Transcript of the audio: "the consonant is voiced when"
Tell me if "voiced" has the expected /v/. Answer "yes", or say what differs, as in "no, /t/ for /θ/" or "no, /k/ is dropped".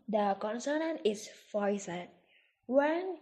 no, /f/ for /v/